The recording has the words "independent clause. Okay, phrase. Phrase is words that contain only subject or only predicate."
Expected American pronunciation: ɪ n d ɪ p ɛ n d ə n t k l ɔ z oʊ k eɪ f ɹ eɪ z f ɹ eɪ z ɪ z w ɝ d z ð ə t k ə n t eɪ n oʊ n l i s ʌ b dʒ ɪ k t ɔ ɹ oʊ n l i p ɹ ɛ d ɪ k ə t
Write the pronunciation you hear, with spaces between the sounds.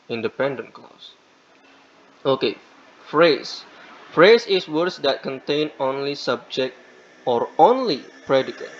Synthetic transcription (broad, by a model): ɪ n d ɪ p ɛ n d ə n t k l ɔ s oʊ k eɪ f ɹ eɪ s f ɹ eɪ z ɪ s w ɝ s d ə t k ə n t eɪ n oʊ n l i s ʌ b dʒ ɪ k t ɔ ɹ oʊ n l i p ɹ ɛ d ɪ k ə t